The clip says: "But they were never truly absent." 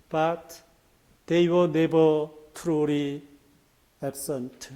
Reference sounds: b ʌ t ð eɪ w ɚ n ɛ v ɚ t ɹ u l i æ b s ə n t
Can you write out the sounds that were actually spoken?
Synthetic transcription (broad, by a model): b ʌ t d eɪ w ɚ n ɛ b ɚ t ɹ u l i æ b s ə n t